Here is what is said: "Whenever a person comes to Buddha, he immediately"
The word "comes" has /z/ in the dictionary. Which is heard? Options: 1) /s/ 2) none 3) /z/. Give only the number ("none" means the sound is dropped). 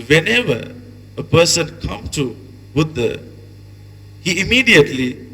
2